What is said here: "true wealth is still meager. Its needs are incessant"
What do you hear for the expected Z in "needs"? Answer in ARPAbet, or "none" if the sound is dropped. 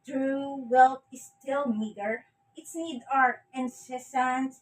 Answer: none